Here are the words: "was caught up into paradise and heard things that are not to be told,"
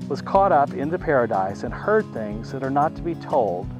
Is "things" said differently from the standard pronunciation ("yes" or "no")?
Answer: no